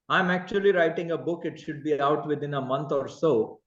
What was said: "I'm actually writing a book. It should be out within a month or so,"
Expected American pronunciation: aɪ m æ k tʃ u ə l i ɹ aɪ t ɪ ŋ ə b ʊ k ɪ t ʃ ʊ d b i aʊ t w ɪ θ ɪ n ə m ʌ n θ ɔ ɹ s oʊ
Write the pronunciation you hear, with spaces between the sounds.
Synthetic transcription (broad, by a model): aɪ m æ k tʃ u ə l i ɹ aɪ t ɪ ŋ ə b ʊ k ɪ t ʃ ʊ d b i aʊ t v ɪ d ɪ n ə m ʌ n t ɔ ɹ s oʊ